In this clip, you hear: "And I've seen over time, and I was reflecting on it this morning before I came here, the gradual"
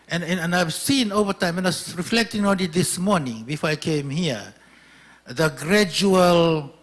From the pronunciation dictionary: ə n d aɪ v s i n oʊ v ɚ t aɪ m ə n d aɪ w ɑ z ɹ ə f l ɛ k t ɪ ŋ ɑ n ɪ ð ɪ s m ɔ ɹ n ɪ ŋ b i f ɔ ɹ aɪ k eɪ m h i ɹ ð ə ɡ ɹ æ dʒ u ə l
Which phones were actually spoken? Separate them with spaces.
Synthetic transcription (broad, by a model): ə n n aɪ v s i n oʊ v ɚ t aɪ m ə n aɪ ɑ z ɹ ə f l ɛ k t ɪ ŋ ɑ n ɪ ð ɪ s m ɔ ɹ n ɪ ŋ b i f ɔ ɹ aɪ k eɪ m h i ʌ ð ə ɡ ɹ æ dʒ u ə l